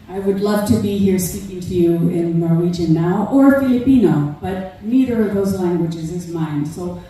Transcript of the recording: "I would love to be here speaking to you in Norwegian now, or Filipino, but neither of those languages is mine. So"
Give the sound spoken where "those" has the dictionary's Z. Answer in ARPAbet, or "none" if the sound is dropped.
Z